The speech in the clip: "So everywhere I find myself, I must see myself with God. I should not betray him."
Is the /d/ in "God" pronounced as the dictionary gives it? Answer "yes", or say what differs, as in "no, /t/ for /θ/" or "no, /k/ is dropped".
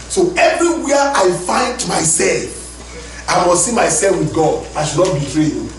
yes